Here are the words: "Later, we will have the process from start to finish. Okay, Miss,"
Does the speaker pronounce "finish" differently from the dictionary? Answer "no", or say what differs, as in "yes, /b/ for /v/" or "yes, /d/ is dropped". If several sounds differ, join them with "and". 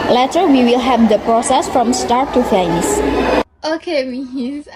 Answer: yes, /s/ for /ʃ/